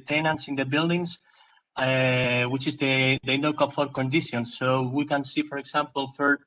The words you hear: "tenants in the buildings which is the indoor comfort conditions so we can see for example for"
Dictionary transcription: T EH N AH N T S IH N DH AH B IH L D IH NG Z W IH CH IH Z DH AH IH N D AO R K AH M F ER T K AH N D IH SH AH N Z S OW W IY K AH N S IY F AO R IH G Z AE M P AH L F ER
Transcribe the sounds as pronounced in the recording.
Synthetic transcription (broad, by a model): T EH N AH N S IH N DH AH B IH L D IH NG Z W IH CH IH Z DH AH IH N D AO L K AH F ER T K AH N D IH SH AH N S OW W IY K AH N S IY F AO R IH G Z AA M P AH L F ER